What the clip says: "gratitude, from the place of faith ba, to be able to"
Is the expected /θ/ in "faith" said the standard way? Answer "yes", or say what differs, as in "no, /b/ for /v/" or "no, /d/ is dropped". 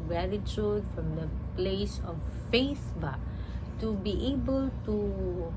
no, /s/ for /θ/